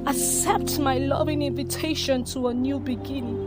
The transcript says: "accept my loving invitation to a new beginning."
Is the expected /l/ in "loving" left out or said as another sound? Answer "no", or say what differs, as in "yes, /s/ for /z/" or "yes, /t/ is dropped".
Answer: no